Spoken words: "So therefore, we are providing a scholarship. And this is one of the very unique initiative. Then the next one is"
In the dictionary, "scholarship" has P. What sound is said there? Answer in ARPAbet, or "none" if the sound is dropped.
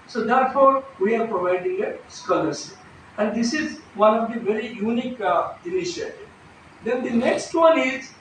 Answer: none